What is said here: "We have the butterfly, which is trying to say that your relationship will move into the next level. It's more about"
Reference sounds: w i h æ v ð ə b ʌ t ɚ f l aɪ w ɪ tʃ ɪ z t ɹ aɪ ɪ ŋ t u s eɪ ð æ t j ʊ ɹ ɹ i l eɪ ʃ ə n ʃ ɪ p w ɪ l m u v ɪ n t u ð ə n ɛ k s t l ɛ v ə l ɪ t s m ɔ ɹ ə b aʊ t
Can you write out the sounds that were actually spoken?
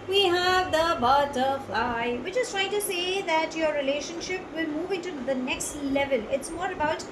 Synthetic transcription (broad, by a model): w i h æ v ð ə b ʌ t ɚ f l aɪ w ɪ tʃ ɪ z t ɹ aɪ ɪ ŋ t u s eɪ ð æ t j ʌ ɹ ɹ i l eɪ ʃ ə n ʃ ɪ p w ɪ l m u v ɪ n t u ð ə n ɛ k s t l ɛ v ə l ɪ t s m ɔ ɹ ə b aʊ t